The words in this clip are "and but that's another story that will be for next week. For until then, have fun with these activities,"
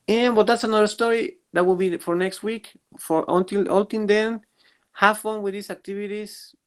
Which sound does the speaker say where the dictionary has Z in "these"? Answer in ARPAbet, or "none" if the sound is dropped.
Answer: S